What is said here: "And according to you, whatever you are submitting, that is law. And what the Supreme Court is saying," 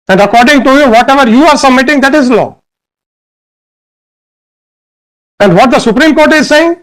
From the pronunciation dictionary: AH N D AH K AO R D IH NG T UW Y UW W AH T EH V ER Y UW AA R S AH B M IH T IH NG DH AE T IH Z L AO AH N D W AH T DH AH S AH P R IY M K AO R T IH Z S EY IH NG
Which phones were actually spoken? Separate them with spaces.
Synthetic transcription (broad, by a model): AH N D AH K AO R D IH NG T UW Y UW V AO T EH V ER Y UW AA R S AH M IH T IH NG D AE T IH Z L AO AH N D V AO T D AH S AH P R IY M K AO R T IH Z S EY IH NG